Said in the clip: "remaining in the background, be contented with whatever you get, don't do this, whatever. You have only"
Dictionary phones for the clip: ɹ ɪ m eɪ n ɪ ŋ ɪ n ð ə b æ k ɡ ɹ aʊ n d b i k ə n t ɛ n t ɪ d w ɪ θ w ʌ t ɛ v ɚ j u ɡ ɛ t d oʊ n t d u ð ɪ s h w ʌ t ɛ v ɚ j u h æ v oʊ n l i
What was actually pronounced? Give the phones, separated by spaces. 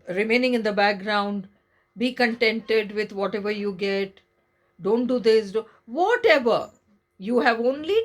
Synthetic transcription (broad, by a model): ɹ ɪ m eɪ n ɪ ŋ ɪ n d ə b æ k ɡ ɹ aʊ n d b i k ə n t ɛ n t ɪ d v ɪ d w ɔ t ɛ v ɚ j u ɡ ɛ t d oʊ n t d u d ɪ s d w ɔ t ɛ v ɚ j u h æ v oʊ n l i